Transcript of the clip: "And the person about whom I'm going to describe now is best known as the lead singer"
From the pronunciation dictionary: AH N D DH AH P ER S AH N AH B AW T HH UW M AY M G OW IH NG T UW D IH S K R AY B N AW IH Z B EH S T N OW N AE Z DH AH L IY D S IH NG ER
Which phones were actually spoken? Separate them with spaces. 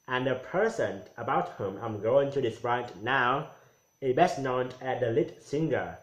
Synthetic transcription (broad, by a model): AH N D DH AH P ER S AH N AH B AW T HH UW M AY M G OW IH NG T UW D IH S R AY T N AW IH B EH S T N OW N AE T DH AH L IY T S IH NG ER